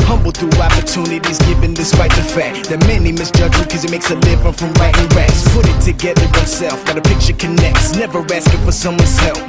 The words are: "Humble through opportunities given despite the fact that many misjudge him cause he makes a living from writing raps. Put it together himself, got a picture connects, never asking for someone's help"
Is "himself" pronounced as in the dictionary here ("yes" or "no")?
no